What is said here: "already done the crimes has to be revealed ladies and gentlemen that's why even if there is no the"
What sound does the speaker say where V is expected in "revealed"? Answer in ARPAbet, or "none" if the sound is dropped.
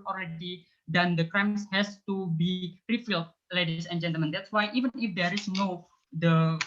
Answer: F